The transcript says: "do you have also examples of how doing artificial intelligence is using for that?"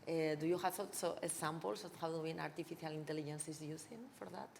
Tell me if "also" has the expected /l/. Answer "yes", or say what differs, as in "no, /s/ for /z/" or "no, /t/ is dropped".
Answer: no, /l/ is dropped